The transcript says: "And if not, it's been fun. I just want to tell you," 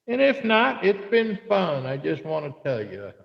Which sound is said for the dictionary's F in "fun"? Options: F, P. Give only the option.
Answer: F